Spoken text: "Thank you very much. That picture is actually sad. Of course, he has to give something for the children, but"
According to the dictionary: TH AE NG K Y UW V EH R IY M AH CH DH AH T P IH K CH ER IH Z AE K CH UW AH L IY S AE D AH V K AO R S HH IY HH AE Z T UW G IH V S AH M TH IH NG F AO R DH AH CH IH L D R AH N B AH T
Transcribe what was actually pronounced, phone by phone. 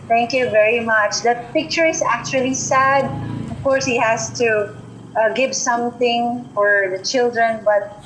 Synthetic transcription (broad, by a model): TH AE NG K Y UW V EH R IY M AH CH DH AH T P IH K CH ER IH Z AE K CH UW AH L IY S AE D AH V K AO R S HH IY HH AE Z T UW G IH V S AH M TH IH NG F AO R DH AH CH IH L D R AH N B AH T